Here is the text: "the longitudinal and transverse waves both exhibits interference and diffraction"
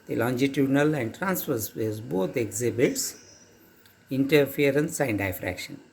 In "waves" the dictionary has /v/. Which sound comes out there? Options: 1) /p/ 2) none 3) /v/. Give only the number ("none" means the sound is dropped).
2